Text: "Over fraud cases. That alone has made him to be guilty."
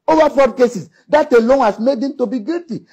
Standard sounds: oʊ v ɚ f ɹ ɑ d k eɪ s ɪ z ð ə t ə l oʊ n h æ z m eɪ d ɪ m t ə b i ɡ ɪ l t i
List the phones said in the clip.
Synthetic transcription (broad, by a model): oʊ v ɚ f ɑ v k eɪ s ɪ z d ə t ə l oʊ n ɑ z m eɪ d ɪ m t ə b i ɡ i l t i